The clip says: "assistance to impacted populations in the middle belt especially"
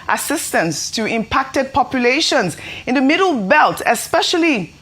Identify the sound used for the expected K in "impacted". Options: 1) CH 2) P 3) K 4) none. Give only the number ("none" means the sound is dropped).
3